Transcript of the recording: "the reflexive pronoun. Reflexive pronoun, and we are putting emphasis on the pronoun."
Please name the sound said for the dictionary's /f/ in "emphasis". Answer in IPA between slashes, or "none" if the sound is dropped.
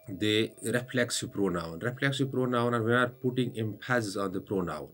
/p/